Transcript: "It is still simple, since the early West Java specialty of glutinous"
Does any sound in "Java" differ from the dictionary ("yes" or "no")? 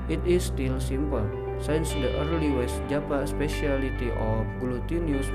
yes